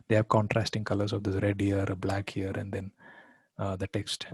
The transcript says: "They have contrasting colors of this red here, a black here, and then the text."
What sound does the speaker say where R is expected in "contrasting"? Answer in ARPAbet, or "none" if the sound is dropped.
R